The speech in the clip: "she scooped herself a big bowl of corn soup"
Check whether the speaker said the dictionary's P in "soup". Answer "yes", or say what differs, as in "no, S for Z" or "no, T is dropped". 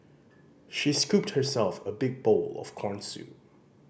no, P is dropped